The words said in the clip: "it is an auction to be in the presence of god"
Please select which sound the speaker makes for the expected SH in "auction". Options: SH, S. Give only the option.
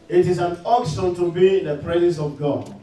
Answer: S